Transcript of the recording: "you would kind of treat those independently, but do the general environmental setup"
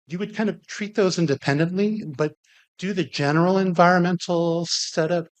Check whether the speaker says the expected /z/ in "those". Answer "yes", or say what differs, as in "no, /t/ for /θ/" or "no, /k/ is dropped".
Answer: yes